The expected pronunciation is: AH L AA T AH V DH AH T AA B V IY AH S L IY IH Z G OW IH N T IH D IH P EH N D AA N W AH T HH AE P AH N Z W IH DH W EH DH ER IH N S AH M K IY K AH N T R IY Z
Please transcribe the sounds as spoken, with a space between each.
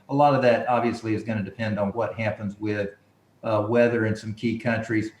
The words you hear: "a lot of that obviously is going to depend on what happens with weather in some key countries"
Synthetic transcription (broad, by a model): AH L AA T AH V DH AH T AA B V IY AH S L IY IH Z G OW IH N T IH D IH P EH N D N W AH T HH AE P AH N Z W IH DH W EH DH ER IH N S AH M K IY K AH N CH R IY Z